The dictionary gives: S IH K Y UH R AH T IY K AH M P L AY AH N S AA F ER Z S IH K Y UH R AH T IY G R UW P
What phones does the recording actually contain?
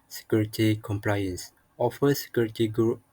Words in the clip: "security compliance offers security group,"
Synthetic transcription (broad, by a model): S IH K Y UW R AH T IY K AH M P L AY AH N S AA F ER S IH K Y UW R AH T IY G R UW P